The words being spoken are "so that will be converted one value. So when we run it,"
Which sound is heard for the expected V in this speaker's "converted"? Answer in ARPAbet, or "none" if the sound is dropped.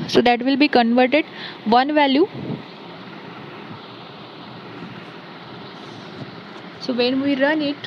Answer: V